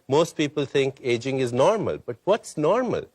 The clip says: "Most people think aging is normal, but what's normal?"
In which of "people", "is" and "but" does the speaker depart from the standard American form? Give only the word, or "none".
none